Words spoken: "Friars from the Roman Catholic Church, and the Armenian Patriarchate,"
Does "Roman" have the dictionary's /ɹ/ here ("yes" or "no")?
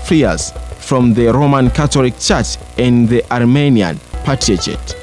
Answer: yes